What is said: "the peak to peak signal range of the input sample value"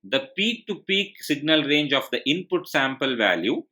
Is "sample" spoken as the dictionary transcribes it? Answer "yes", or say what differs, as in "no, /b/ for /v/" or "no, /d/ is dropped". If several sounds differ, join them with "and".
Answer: yes